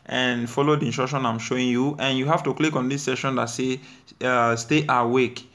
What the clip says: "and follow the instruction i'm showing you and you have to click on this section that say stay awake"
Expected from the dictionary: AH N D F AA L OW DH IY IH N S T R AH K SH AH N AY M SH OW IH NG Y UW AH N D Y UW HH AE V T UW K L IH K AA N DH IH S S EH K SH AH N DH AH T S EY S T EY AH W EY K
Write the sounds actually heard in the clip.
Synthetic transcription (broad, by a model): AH N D F AA L OW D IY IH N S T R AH K SH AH N AY M SH OW IH NG Y UW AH N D Y UW HH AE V T UW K L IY K AA N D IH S S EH SH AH N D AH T S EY S T EY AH W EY K